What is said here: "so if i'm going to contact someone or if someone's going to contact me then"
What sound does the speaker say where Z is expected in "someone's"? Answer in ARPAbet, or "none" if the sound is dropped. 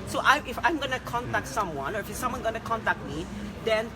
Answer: none